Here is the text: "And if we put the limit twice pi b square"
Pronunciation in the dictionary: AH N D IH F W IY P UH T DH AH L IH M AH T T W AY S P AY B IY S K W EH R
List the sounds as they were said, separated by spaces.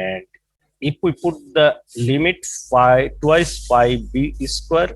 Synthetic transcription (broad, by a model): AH N D IH F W IY P UH T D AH L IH M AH T T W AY S F AY B IY S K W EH R